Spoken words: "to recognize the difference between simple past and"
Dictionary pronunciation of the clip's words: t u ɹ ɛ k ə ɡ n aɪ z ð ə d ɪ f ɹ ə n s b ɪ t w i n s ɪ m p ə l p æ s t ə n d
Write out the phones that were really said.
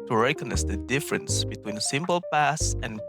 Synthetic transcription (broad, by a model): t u ɹ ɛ k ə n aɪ s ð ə d ɪ f ɹ ə n s b ɪ t w i n s ɪ m p ə l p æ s ə n